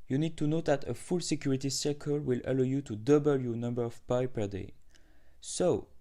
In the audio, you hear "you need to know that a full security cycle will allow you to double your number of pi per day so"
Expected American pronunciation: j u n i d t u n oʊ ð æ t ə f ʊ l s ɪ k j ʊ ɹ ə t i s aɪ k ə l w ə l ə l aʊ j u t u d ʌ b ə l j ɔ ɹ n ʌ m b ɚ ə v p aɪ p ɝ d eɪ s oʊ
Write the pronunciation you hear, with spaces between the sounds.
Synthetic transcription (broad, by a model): j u n i d t u n oʊ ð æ t ə f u l s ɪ k j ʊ ɹ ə t i s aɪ k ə l w ə l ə l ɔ j u t u d ʌ b ə l j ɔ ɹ n ʌ m b ɚ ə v p aɪ p ɝ d eɪ s oʊ